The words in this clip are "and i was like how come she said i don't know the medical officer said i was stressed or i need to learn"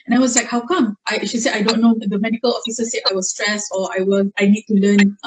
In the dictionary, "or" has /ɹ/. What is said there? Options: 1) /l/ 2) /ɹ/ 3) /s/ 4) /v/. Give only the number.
1